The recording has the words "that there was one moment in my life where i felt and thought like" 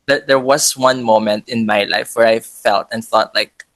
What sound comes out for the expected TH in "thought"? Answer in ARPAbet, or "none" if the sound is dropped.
TH